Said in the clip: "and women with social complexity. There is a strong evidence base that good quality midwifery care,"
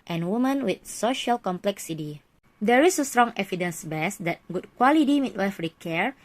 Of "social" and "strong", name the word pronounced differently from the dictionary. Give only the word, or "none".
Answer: none